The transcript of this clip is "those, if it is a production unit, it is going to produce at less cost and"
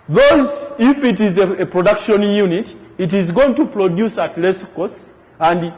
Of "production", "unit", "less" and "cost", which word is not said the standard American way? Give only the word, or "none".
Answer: cost